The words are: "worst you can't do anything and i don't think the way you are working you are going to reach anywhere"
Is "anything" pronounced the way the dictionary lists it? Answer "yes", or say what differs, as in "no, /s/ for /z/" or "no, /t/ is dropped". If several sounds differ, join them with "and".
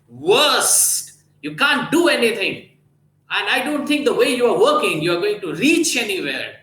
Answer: no, /t/ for /θ/